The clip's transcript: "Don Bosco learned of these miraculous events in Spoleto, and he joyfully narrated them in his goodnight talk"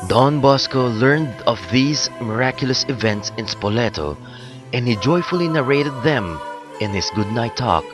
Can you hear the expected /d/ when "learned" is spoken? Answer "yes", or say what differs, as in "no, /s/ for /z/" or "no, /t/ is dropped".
yes